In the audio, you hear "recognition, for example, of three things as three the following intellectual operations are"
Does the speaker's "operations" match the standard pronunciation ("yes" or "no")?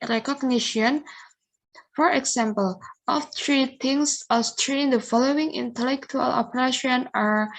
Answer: no